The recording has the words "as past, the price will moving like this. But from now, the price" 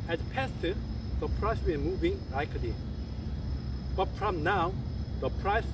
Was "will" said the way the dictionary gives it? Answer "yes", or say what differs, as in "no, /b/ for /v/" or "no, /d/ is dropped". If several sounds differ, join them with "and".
no, /n/ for /l/